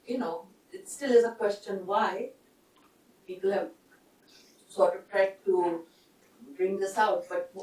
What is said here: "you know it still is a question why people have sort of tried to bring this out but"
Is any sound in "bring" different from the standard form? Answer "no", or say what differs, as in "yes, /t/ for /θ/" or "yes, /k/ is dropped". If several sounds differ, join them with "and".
no